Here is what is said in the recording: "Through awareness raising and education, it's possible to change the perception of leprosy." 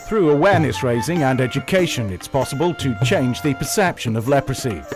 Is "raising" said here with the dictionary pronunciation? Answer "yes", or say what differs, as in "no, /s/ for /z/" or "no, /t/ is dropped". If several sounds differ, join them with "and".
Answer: yes